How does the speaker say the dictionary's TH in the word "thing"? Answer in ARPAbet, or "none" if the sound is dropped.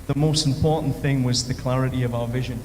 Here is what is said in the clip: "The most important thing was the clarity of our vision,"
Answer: TH